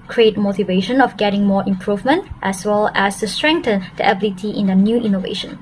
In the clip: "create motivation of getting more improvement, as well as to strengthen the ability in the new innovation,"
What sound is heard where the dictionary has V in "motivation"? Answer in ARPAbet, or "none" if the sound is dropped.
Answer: V